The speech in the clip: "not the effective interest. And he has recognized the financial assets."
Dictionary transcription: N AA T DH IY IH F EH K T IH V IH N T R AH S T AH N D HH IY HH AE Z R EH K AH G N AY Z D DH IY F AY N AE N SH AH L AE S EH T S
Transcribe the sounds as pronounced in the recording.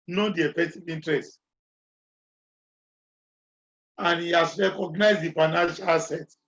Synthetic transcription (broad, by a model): N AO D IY IH F EH K T IH V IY N T R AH S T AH N HH IY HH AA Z R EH K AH G N AY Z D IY F AY N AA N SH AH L S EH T